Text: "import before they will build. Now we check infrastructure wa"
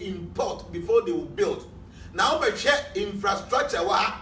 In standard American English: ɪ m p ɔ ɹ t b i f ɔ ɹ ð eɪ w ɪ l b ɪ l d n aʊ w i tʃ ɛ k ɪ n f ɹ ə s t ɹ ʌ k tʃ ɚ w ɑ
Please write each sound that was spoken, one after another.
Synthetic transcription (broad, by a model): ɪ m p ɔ t b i f ɔ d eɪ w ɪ b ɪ l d n aʊ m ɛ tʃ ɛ ɪ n f ɹ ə s t ɹ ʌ k tʃ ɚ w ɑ